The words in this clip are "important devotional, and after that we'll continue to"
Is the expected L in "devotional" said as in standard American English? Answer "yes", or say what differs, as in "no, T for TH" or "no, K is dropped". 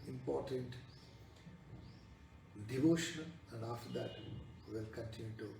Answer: no, N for L